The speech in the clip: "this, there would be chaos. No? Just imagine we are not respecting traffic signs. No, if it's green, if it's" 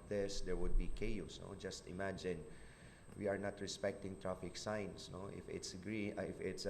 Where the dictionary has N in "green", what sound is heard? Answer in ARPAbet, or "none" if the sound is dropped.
none